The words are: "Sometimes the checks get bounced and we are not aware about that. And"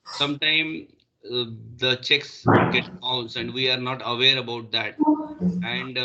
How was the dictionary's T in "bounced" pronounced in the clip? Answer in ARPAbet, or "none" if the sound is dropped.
none